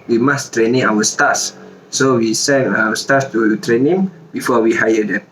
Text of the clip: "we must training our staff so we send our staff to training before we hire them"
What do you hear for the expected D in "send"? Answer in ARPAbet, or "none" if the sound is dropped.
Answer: none